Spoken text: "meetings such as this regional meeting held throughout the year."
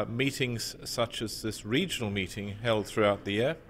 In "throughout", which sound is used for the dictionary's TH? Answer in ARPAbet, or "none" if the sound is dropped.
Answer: TH